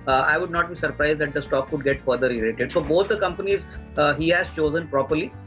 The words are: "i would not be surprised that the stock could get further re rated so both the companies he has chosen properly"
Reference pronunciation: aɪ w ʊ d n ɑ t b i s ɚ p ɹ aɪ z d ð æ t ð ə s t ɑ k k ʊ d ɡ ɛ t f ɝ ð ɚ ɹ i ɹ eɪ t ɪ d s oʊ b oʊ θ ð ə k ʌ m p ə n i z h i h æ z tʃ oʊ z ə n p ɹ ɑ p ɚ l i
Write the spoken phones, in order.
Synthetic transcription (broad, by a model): aɪ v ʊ d n ɑ t b i s ɚ p ɹ aɪ z d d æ t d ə s t ɑ k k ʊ d ɡ ɛ t f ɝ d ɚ ɹ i l eɪ t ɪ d s oʊ b oʊ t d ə k ʌ m p ə n i z h i h æ z tʃ oʊ z ə n p ɹ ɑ p ɚ l i